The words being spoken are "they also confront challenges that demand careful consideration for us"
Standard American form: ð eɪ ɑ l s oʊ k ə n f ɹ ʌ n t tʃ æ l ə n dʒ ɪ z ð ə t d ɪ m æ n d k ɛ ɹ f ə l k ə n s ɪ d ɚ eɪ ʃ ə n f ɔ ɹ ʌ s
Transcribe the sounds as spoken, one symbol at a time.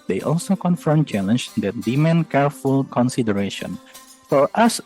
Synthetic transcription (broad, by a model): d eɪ ɑ l s oʊ k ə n f ʌ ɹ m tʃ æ l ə n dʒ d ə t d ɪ m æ n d k ɛ ɹ f ə l k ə n s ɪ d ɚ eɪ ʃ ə n f ɔ ɹ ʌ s